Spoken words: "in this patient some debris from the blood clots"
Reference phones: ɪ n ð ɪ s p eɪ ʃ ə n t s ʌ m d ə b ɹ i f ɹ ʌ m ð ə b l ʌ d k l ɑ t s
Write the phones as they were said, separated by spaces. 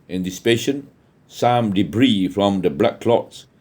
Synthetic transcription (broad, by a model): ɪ n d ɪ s p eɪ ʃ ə n s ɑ m d ə b ɹ i f ɹ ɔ m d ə b l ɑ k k l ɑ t s